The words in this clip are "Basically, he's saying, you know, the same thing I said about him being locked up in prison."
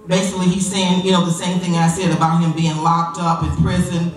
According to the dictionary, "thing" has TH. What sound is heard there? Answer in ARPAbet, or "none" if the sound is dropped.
TH